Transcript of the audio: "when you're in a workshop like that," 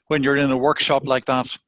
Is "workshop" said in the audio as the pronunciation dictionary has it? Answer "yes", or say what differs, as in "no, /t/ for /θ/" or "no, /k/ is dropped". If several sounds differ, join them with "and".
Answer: yes